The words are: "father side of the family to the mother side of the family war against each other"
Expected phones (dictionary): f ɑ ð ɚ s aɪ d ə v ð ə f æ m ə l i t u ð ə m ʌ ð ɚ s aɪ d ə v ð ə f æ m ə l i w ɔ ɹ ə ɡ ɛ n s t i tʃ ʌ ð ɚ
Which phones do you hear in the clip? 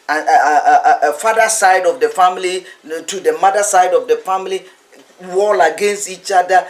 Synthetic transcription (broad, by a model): f ɑ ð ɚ s aɪ d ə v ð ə f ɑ m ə l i t u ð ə m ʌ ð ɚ s aɪ d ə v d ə f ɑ m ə l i w ɔ l ə ɡ ɛ n s t i tʃ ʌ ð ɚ